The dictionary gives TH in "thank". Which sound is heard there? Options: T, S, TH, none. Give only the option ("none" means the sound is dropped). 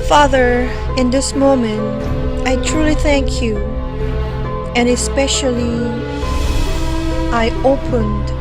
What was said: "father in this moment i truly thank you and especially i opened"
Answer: TH